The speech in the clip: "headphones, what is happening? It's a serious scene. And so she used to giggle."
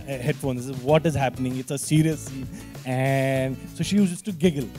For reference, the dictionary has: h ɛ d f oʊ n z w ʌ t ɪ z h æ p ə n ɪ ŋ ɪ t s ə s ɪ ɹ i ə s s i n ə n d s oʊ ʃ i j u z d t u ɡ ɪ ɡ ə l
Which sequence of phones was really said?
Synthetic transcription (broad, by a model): h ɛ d f oʊ n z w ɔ t ɪ z h æ p ə n ɪ ŋ ɪ t s ə s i ɹ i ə s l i ə n d s oʊ ʃ i j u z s t u ɡ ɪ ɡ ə l